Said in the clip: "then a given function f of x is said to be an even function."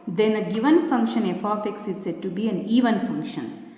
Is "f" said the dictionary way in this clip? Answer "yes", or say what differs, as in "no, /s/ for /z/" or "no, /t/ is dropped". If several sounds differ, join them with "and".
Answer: yes